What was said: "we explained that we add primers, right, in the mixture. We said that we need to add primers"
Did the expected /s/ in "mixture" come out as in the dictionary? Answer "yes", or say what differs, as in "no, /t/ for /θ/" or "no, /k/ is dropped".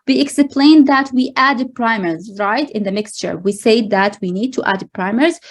yes